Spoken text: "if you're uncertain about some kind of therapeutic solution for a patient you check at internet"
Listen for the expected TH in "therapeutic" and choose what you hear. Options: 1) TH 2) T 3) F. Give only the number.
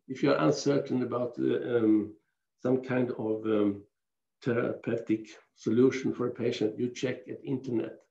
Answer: 2